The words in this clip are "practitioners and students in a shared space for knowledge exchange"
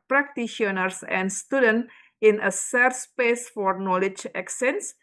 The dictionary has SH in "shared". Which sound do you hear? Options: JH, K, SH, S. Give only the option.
S